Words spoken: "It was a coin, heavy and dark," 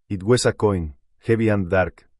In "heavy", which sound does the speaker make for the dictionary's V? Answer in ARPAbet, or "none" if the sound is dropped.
B